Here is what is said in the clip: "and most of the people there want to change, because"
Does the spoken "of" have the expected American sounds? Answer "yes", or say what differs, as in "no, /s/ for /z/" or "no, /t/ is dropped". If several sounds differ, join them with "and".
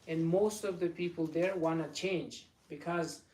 yes